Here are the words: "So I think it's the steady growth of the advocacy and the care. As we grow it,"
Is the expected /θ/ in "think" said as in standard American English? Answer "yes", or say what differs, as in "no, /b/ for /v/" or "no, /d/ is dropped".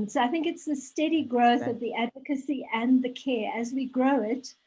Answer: yes